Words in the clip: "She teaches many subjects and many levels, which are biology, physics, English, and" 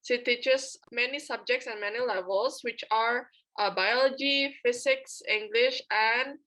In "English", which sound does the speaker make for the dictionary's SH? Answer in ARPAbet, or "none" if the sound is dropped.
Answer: SH